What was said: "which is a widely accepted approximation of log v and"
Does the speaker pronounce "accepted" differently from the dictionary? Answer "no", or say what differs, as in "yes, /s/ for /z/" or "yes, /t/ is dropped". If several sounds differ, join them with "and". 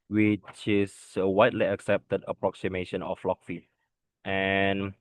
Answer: no